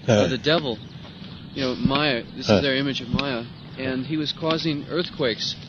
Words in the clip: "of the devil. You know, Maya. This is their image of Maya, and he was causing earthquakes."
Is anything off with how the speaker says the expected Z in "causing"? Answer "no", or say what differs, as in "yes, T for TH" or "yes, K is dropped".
no